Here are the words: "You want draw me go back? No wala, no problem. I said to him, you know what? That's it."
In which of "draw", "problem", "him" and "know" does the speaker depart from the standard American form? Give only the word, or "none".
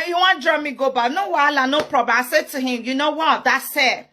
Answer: problem